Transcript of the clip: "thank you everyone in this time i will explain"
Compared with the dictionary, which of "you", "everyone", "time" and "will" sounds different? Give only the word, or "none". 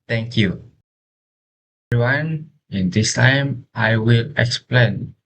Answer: everyone